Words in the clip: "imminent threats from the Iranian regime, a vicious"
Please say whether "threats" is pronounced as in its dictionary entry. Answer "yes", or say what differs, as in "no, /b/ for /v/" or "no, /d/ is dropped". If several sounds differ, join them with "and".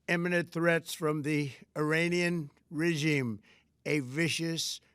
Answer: yes